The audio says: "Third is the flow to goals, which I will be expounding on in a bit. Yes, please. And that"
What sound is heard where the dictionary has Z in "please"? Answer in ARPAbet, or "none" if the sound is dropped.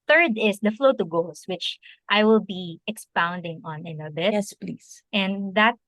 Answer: S